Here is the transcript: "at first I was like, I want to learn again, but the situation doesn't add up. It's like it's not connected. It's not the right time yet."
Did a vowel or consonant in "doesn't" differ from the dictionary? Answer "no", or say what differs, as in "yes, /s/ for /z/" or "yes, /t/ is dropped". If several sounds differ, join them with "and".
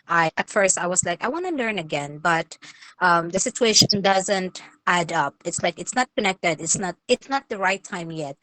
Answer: no